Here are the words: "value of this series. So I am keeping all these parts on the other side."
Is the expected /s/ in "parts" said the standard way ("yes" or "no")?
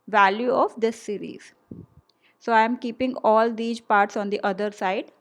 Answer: yes